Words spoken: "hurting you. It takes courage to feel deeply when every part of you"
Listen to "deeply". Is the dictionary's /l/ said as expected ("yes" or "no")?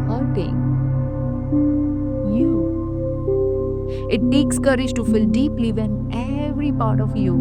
yes